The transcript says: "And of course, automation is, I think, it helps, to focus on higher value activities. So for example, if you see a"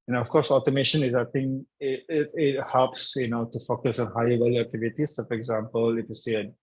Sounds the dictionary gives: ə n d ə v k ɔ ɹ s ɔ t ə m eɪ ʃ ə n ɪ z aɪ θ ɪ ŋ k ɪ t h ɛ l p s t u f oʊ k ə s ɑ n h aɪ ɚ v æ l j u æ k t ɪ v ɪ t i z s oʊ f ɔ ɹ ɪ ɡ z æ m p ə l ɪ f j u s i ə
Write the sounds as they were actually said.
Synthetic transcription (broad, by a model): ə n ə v k ɔ ɹ s ɔ t ə m eɪ ʃ ə n ɪ z aɪ t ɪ ŋ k ɪ t h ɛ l p s t u f oʊ k ə s ɑ n h aɪ ɚ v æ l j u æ k t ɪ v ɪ t i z s oʊ f ɔ ɹ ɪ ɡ z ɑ m p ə l ɪ f j u s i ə